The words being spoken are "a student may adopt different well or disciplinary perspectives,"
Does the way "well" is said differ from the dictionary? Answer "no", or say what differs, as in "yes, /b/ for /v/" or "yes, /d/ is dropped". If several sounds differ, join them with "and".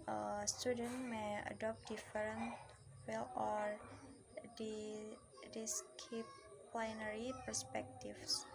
no